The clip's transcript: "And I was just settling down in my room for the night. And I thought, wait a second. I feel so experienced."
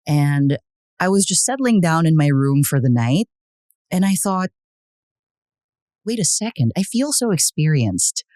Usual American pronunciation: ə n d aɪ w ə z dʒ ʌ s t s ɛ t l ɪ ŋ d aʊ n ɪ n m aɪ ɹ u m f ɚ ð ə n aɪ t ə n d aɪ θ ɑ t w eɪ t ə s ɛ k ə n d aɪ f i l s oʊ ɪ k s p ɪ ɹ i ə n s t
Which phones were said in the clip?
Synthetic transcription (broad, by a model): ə n aɪ w ə z dʒ ʌ s t s ɛ t l ɪ ŋ d aʊ n ɪ n m aɪ ɹ u m f ɚ ð ə n aɪ t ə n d aɪ θ ɑ t w eɪ t ə s ɛ k ə n d aɪ f i l s oʊ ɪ k s p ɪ ɹ i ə n s t